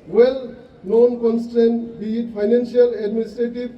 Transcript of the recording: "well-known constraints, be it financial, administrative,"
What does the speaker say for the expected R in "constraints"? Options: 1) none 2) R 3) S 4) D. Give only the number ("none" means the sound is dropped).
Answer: 1